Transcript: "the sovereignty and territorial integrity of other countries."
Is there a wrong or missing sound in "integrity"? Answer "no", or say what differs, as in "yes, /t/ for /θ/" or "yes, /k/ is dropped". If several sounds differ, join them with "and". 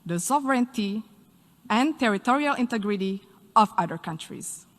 no